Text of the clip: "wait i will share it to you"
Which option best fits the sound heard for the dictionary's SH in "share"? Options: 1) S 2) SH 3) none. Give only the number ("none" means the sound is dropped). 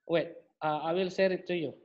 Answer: 1